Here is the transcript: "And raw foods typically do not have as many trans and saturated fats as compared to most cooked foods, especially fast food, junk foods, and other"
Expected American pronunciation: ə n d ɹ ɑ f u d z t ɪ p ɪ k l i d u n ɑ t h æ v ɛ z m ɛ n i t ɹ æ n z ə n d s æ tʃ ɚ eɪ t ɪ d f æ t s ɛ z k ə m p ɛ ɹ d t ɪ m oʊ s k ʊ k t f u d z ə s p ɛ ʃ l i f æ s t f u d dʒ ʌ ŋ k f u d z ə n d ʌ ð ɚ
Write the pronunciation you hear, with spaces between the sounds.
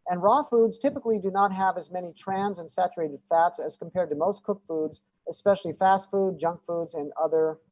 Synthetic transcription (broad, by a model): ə n ɹ ɑ f u d z t ɪ p ɪ k l i d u n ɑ t h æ v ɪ z m ɛ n i t ɹ æ n z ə n s æ tʃ ɚ eɪ t ɪ d f æ t s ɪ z k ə m p ɛ ɹ d t ɪ m oʊ s k ʊ k f u d z ə s p ɛ ʃ l i f æ s t f u d dʒ ʌ ŋ k f u d z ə n ʌ ð ɚ